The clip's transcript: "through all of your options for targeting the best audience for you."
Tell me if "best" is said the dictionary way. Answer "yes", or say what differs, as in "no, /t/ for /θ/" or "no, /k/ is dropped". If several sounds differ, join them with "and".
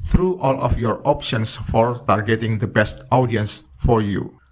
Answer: yes